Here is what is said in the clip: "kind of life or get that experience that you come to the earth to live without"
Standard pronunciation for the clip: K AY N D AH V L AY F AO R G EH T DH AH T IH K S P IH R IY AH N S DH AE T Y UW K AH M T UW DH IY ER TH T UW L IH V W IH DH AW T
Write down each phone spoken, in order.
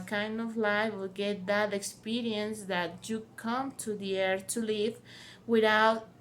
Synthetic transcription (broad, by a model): K AY N D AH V L AY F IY L G EH T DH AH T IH K S P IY R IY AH N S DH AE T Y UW K AH M T UW DH IY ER T UW L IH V W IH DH AW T